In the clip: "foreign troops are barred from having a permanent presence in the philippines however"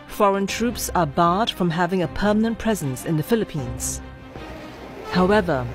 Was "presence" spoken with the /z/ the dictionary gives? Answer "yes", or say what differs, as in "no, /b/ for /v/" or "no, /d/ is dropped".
yes